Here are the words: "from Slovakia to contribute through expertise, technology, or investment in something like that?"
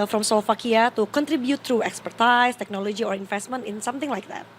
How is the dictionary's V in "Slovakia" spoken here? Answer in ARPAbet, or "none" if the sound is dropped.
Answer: F